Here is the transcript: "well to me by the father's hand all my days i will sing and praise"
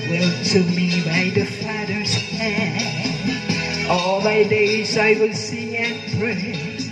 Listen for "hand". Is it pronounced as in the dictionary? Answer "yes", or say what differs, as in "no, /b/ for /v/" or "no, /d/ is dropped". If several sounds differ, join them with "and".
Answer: no, /d/ is dropped